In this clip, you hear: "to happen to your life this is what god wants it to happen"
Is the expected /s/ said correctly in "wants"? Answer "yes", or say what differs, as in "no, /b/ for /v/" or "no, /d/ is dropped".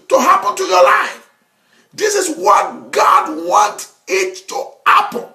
no, /s/ is dropped